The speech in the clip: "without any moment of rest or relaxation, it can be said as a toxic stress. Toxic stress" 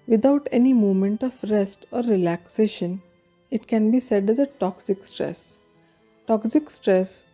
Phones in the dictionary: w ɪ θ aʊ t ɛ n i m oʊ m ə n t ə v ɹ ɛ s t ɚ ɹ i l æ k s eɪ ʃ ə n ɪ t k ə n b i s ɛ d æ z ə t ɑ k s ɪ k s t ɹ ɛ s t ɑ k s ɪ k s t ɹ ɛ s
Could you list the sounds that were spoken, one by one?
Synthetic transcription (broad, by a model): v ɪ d aʊ t ɛ n i m oʊ m ə n t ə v ɹ ɛ s t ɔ ɹ i l æ k s eɪ ʃ ə n ɪ t k ə n b i s ɛ d æ z ə t ɑ k s ɪ k s t ɹ ɛ s t ɑ k s ɪ k s t ɹ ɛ s